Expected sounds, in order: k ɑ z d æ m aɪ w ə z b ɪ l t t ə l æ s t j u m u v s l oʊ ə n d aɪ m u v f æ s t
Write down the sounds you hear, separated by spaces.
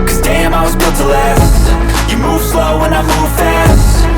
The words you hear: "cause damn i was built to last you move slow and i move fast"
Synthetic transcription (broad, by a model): k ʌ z d æ m aɪ w ə z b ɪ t t ə l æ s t j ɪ m u v s l oʊ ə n aɪ m u v f æ s t